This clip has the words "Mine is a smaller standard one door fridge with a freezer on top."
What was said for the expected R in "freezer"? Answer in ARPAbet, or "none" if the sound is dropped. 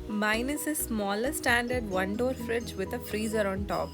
R